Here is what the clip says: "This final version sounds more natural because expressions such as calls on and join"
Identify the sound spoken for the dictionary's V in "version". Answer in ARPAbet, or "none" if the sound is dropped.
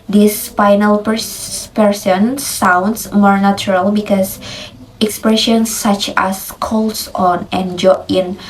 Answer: P